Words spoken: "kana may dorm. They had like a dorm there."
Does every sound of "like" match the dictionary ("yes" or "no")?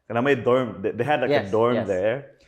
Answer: no